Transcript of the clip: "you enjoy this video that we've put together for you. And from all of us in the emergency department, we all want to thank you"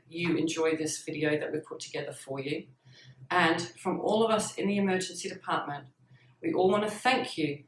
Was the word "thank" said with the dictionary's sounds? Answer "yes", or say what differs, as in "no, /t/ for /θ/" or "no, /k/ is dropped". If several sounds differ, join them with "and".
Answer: yes